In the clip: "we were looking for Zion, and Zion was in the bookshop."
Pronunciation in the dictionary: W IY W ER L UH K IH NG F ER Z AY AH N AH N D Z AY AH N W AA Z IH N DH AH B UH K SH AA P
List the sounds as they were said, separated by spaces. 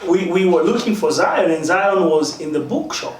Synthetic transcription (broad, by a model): W IY W ER L UH K IH NG F ER Z AY AH N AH N Z AY AH N W AA Z IH N DH AH B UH K SH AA P